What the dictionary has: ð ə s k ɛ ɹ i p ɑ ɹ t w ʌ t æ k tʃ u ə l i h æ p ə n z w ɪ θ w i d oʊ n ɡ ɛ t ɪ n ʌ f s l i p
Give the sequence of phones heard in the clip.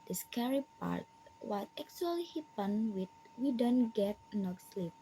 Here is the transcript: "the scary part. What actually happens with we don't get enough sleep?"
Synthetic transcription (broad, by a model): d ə s k ɛ ɹ i p ɑ ɹ t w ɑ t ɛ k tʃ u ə l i h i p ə n w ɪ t w i d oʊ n ɡ ɛ t n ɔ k s l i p